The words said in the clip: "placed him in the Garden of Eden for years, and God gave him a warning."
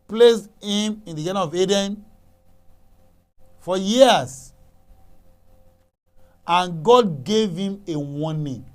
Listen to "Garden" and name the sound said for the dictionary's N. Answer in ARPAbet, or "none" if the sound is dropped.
none